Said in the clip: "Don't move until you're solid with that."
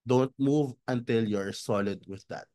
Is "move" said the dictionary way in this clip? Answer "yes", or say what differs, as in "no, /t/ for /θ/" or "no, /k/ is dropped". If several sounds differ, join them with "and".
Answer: yes